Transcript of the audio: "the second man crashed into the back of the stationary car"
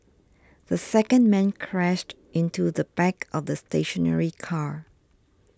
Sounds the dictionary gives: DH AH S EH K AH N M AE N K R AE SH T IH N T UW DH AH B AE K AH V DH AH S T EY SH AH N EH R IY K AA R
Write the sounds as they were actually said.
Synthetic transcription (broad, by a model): DH AH S EH K AH N M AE N K R AE SH T IH N T UW DH AH B AE K AH V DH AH S T EY SH AH N EH R IY K AA R